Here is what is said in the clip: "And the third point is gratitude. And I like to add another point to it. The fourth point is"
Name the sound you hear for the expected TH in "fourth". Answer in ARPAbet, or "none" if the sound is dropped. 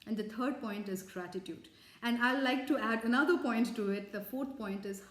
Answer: T